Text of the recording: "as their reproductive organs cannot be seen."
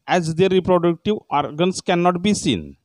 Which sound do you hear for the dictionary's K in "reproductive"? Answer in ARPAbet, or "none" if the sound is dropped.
K